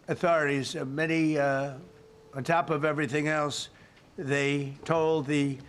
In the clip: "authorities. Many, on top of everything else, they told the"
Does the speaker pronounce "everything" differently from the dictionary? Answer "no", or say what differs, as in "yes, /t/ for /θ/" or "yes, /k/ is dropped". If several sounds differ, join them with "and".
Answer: no